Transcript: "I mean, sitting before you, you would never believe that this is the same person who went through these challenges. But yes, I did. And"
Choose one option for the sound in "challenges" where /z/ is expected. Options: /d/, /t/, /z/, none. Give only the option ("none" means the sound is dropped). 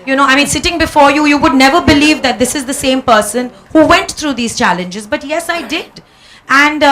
/z/